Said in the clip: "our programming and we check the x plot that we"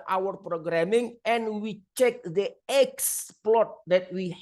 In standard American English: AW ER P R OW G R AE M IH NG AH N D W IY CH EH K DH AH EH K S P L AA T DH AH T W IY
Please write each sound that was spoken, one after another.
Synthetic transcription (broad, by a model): AW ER P R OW G R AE M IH NG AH N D W IY CH EH K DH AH EH K S P L AA T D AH T W IY